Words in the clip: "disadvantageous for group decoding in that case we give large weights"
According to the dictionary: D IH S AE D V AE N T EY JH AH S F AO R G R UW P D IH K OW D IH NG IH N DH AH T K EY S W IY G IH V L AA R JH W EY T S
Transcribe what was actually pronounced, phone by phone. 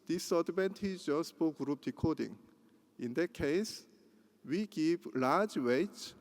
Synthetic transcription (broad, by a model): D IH S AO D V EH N T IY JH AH S P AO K G R UW P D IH K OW D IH NG IH N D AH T K EY S W IY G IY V L AA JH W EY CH